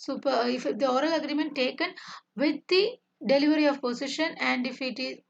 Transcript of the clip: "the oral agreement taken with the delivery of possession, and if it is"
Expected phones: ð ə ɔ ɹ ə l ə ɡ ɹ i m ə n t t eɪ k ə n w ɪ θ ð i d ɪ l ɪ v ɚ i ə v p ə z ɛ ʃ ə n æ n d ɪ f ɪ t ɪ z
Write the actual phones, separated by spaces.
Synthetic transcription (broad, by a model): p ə ɔ ɹ ə l ə ɡ ɹ i m ə n t t eɪ k ə n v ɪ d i d ɪ l ɪ v ɚ i ə v p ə s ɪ ʃ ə n æ n d ɪ f ɪ t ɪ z